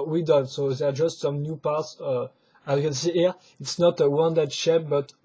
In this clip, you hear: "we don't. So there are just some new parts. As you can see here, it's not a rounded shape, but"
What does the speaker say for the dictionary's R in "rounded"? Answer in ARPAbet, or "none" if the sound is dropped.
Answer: W